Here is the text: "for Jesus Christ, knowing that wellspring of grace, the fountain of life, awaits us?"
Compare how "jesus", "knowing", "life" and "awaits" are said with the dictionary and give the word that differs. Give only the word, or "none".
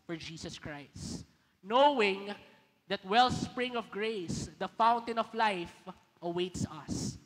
jesus